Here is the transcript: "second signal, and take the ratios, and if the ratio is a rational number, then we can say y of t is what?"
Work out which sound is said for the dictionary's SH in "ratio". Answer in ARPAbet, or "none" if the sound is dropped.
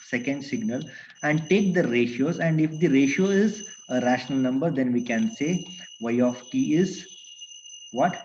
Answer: SH